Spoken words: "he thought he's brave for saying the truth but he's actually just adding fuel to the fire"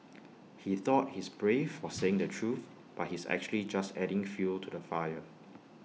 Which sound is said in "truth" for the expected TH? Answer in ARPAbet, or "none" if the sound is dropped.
TH